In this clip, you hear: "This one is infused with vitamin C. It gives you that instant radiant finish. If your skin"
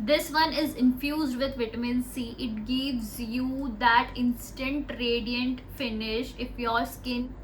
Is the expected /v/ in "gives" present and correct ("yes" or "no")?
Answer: yes